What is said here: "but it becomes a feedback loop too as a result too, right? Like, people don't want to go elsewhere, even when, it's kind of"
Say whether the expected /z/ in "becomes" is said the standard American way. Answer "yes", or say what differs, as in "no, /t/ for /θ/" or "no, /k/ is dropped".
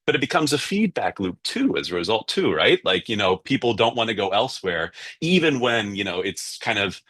yes